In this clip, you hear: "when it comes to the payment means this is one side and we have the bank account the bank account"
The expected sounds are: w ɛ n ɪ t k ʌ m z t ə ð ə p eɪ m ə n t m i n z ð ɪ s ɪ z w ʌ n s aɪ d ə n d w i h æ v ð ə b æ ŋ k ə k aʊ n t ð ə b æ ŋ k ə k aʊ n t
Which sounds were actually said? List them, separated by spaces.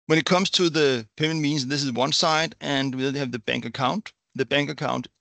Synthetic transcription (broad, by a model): w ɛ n ɪ t k ʌ m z t ə ð ə p eɪ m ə n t m i n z ð ɪ s ɪ z w ʌ n s aɪ d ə n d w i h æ v ð ə b æ ŋ k ə k aʊ n t ð ə b æ ŋ k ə k aʊ n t